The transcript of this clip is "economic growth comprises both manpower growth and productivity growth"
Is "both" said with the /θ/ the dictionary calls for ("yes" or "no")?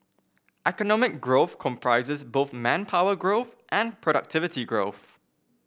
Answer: yes